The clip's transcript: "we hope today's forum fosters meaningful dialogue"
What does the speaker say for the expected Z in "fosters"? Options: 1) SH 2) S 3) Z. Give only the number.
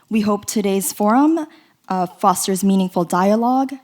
3